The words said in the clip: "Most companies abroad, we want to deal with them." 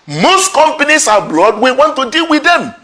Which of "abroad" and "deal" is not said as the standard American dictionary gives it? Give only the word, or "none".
abroad